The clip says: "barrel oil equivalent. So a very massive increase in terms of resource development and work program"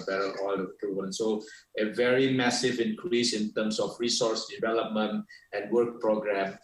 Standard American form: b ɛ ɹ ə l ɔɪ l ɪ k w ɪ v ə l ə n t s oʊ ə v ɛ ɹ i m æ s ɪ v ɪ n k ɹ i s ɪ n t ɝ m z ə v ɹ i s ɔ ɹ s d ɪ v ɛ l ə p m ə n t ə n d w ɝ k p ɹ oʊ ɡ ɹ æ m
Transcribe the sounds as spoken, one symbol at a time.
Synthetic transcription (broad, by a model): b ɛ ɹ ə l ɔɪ l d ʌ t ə ə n s oʊ ə v ɛ ɹ i m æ s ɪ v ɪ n k ɹ i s ɪ n t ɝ m s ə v ɹ i s ɔ ɹ s d ɪ v ɛ l ə p m ə n t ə n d w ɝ k p ɹ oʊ ɡ ɹ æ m